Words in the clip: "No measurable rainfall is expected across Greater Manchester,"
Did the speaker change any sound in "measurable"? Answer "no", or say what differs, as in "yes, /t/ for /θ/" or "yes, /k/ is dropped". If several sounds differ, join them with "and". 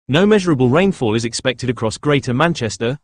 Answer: no